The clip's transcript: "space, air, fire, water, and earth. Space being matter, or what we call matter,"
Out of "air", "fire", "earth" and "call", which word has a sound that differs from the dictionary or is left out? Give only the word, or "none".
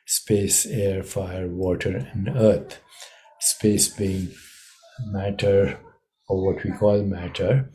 earth